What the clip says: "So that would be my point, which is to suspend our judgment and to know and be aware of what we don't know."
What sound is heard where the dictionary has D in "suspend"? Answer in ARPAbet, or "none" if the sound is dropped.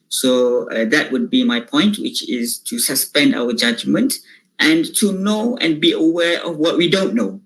D